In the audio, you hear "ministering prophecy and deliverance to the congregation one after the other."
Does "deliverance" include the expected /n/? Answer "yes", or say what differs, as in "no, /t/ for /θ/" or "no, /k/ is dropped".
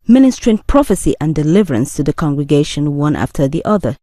yes